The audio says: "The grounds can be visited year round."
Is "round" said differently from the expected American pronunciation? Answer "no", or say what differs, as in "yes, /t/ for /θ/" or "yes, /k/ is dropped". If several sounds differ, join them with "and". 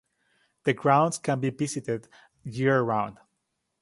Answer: no